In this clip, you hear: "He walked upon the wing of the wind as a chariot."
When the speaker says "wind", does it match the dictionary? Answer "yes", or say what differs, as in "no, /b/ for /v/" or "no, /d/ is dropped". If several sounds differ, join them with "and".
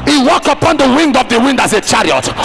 yes